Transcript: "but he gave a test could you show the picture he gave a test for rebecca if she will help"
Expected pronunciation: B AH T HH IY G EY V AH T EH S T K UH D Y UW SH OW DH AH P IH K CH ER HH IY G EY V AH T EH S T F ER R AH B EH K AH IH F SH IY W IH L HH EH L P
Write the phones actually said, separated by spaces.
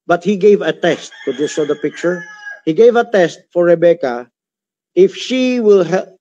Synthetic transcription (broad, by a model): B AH T HH IY G EY V AH T EH S T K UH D Y UW S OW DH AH P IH K CH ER HH IY G EY V AH T EH S T F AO R AH B EH K AH IH F SH IY W IH L HH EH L